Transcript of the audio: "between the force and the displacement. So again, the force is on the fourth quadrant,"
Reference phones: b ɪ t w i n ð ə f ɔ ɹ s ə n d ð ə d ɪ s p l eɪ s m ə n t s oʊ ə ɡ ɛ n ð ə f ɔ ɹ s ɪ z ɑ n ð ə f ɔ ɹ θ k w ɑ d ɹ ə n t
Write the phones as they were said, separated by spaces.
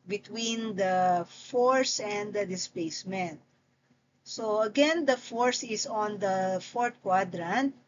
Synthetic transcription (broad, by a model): b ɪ t w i n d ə f ɔ ɹ s ə n d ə d ɪ s p l eɪ s m ə n t s oʊ ə ɡ ɛ n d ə f ɔ ɹ s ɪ s ɑ n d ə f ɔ ɹ t k w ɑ d ɹ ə n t